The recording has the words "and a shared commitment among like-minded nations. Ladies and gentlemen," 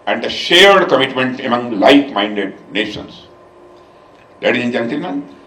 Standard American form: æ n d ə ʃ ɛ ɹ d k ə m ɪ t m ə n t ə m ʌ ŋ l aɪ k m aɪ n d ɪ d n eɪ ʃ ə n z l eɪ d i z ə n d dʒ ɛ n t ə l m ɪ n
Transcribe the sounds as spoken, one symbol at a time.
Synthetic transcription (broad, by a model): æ n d ə ʃ ɛ ɹ d k ə m ɪ t m ə n t ə m ʌ ŋ l aɪ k m aɪ n d ɪ d n eɪ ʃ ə n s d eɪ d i ə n dʒ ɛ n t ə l m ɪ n